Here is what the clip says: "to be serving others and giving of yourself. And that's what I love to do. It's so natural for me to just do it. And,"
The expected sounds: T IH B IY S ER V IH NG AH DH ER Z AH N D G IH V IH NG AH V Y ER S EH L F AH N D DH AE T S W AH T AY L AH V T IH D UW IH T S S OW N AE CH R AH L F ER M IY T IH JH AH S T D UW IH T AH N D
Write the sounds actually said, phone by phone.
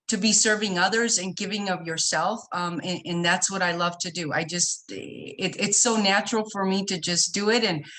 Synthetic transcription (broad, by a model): T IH B IY S ER V IH NG AH DH ER Z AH N G IH V IH NG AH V Y ER S EH L F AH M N DH AE T S W AH T AY L AH V T IH D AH IH T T S OW N AE CH R L F ER M IY T IH JH AH S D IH IH T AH N